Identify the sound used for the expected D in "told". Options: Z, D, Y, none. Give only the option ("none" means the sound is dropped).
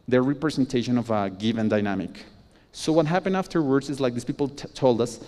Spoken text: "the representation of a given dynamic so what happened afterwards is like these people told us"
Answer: D